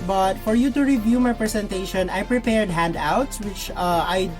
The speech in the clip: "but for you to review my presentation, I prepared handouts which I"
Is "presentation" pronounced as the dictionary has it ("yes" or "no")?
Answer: no